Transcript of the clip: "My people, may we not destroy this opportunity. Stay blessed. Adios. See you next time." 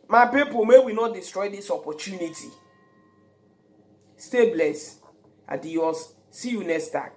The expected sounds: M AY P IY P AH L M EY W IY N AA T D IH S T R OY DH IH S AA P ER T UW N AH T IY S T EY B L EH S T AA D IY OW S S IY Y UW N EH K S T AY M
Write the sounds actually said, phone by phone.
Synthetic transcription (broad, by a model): M AY P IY P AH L M EY W IY N AA T D IH S T R OY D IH S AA P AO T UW N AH T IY S T EY B L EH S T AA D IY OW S S IY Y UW N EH S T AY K